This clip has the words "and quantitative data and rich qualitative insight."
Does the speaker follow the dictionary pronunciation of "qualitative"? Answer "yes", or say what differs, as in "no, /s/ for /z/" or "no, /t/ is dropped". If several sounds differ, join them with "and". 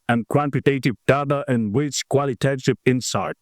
no, /p/ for /v/